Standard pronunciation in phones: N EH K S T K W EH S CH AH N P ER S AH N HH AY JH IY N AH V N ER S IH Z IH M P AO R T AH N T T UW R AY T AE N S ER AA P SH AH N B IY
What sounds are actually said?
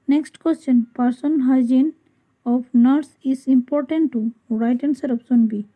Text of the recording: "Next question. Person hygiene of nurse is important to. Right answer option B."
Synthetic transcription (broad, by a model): N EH K S T K W EH S CH AH N P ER S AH N HH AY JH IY N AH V N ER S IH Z IH M P AO R T AH N T T UW R AY T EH N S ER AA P S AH N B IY